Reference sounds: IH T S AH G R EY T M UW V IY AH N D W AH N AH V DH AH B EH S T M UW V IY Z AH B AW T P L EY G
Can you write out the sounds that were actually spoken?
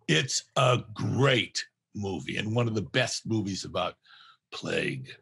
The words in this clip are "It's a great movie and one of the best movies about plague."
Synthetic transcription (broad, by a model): IH T S AH G R EY T M UW V IY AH N W AH N AH V DH AH B EH S T M UW V IY Z AH B AW T P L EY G